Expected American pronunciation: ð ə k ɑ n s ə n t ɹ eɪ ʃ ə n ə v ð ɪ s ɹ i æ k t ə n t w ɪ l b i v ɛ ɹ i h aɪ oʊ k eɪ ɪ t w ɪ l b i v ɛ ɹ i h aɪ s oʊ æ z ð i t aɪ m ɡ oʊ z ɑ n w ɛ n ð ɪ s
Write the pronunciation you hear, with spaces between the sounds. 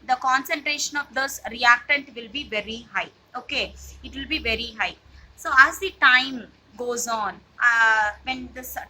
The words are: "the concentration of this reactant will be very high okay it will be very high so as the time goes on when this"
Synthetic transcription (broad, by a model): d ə k ɑ n s ə n t ɹ eɪ ʃ ə n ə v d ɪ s ɹ i æ k t ə n t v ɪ l b i v ɛ ɹ i h aɪ oʊ k eɪ ɪ t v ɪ l b i v ɛ ɹ i h aɪ s oʊ æ z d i t aɪ m ɡ oʊ z ɑ n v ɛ n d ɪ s